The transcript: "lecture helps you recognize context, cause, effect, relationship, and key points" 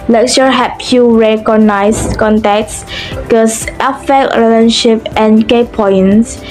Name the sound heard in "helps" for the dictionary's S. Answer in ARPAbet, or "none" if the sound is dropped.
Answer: none